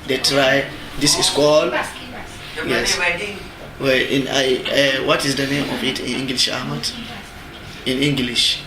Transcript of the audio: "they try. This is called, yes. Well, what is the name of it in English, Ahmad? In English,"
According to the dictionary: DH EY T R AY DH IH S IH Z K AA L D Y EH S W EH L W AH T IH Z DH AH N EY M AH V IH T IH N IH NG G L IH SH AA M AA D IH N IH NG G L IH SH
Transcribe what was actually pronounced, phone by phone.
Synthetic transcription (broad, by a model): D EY T R AY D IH S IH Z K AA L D Y EH S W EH N W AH T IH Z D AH N EY M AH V IH T IH N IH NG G L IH SH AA M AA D IH N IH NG G L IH SH